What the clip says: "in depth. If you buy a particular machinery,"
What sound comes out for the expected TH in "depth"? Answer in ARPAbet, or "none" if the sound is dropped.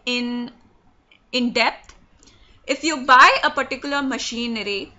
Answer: T